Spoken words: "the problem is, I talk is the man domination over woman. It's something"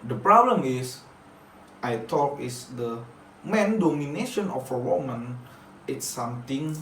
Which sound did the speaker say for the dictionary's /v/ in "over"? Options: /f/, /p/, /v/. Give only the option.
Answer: /f/